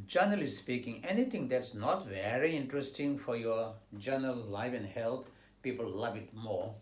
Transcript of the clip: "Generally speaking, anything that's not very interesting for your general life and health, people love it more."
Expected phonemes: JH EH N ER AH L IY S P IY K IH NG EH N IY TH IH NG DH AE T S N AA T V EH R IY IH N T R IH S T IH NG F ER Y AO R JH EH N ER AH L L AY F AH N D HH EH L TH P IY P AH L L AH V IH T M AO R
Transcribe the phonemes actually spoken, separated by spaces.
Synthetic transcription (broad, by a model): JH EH N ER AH L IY S P IY K IH NG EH N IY T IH NG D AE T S N AA T V EH R IY IH N T R IH S T IH NG F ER Y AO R JH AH N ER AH L L AY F AH N D HH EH L T P IY P AH L L AH V IH T M AO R